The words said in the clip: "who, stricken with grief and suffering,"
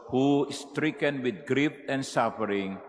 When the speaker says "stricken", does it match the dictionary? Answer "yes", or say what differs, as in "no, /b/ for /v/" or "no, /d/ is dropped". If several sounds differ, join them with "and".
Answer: yes